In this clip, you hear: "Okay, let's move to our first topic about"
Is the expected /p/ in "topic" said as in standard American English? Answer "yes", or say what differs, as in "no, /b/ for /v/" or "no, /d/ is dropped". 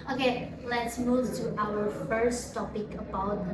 yes